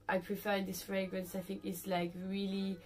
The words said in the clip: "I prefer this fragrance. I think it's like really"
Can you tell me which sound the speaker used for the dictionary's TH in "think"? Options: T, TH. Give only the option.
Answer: TH